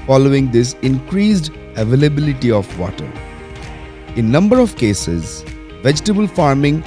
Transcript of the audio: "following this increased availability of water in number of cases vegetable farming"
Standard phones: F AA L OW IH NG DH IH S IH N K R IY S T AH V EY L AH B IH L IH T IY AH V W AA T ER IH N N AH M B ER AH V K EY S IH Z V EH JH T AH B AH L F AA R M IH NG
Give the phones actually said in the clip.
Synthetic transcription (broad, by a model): F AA L OW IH NG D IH S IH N K R IY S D AH V EY L AH B IH L IH T IY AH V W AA T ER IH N N AH M B ER AH V K EY S IH Z V EH JH T AH B AH L F AA R M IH NG